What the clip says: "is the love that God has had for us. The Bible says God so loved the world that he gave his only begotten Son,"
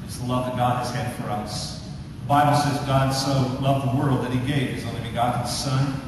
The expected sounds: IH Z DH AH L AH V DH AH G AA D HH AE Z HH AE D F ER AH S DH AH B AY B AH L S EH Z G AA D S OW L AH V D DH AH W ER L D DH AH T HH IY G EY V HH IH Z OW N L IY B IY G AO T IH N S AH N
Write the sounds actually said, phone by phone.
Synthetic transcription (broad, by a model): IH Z DH AH L AH V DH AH G AA D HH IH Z HH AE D F ER AH S DH AH B AY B L S EH Z G AA D S OW L AH V DH AH W ER L D DH AH T HH IY G EY V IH Z OW N L IY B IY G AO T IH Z S AH N